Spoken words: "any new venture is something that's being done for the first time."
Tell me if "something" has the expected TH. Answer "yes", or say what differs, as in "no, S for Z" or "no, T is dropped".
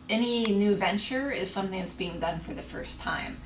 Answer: yes